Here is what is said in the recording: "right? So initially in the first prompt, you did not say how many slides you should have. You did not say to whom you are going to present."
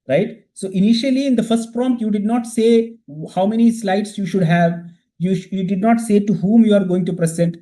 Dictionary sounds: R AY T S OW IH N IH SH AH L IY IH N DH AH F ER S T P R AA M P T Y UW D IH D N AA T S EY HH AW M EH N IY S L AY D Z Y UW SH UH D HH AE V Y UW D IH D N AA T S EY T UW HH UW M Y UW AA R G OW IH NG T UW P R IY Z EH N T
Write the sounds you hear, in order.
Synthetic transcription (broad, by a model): R AY T S OW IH N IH SH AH L IY IH N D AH F ER S T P R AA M T Y UW D IH D N AA T S EY HH AW M EH N IY S L AY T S Y UW SH UH D HH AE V Y UW D IH D N AA T S EY T UW HH UW M Y UW AA R G OW IH NG T UW P R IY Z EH N T